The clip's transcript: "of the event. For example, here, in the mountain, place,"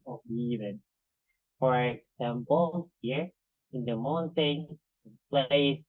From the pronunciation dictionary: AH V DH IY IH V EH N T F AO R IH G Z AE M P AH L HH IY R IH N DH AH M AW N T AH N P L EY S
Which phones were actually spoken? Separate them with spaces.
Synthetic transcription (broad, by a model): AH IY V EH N F AO R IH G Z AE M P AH N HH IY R IH N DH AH M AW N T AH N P L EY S